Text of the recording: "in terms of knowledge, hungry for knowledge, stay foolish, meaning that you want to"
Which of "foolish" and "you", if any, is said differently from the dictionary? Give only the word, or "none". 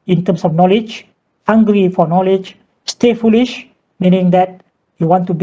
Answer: none